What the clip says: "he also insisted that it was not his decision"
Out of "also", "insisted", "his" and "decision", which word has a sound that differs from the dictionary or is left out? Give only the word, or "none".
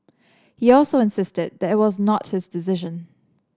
none